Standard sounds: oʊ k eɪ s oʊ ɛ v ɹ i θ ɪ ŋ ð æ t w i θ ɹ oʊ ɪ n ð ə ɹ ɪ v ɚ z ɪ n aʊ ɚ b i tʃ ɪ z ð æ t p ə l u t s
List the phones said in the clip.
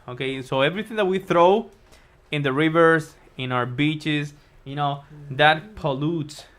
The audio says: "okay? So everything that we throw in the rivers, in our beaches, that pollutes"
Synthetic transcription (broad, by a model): oʊ k eɪ s oʊ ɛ v ɹ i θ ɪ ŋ ð æ t w i θ ɹ oʊ ɪ n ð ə ɹ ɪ v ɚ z ɪ n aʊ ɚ b i tʃ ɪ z ð æ t p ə l u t s